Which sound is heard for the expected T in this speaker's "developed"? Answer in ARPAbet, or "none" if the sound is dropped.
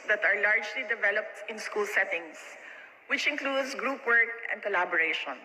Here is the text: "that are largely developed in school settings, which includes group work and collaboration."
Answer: T